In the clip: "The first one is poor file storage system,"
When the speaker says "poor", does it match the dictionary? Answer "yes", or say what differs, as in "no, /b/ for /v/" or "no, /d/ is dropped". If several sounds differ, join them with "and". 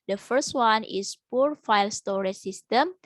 yes